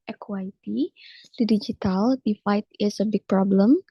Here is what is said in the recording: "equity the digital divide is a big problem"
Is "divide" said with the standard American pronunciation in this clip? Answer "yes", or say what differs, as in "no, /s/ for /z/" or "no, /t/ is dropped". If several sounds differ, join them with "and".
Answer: no, /f/ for /v/